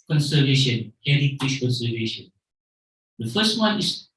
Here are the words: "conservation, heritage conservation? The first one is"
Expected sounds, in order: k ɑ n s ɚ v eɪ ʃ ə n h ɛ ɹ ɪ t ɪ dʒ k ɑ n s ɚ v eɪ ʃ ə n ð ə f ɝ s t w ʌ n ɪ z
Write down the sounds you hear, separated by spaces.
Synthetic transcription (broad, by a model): k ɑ n s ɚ v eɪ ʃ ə n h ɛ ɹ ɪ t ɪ ʃ k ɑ n s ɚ v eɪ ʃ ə n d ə f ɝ s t w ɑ n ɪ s